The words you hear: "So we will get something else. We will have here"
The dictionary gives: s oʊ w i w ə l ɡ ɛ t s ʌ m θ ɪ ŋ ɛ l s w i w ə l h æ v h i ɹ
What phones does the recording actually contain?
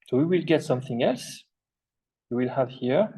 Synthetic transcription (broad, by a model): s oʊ w i w ə l ɡ ɛ t s ʌ m θ ɪ ŋ ɛ l s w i w ə l h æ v h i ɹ